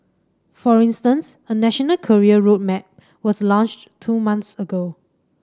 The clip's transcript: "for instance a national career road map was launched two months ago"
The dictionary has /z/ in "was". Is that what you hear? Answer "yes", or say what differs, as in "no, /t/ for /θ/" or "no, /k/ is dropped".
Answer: no, /s/ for /z/